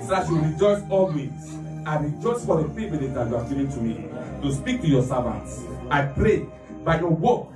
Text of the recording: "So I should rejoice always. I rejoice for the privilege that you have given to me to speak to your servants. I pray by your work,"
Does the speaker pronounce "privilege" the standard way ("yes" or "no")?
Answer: no